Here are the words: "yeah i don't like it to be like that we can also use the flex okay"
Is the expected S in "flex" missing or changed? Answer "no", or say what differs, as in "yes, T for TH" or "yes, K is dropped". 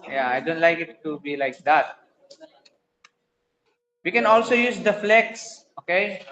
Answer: no